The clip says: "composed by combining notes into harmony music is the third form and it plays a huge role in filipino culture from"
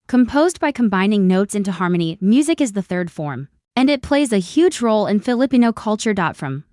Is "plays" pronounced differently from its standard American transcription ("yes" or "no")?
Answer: no